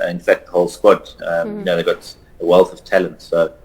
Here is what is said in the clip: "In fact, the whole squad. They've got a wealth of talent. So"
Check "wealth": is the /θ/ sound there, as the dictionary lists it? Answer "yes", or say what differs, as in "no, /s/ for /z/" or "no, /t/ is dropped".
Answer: yes